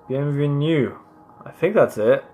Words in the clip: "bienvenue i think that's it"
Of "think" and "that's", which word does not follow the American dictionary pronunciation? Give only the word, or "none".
none